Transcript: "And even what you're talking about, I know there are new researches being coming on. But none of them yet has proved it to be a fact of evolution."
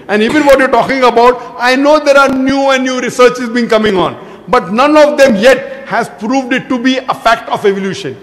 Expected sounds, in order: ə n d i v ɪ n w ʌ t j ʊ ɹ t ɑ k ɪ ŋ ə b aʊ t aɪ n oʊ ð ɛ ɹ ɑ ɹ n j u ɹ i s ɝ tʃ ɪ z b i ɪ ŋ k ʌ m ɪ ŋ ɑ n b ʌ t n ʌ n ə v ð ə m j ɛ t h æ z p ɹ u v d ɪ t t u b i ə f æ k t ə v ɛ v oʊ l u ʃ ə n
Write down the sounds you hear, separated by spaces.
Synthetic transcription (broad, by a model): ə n d i v ɪ n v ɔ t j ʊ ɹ t ɑ k ɪ ŋ ə b aʊ t aɪ n oʊ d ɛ ɹ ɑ ɹ n j u ɹ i s ɝ tʃ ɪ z b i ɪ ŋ k ʌ m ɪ ŋ ɑ n b ʌ t n ʌ n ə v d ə m j ɛ t h æ z p ɹ u v d ɪ t t u b i ə f æ k t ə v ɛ v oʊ l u ʃ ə n